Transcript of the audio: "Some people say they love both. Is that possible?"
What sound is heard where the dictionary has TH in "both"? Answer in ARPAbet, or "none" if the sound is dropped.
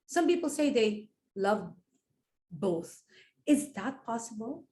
TH